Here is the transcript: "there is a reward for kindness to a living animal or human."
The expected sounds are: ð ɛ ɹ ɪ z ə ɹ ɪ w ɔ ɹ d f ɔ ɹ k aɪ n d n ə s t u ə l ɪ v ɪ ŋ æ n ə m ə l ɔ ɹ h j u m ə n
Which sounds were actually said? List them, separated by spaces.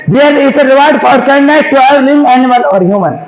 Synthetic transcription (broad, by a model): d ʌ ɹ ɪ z ə ɹ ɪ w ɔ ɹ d f ɔ ɹ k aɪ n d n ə t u ə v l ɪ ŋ æ n ə m ə l ɔ ɹ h j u m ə n